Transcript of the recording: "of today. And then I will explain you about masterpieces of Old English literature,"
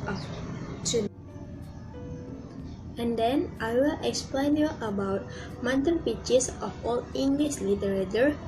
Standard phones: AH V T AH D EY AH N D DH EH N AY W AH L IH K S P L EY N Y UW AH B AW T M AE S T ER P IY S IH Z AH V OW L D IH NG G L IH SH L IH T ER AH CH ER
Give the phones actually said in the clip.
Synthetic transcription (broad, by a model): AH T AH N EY AH N D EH N AY W AH L IH K S P L EY N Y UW AH B AW T M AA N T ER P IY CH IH S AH F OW L IH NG G L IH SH L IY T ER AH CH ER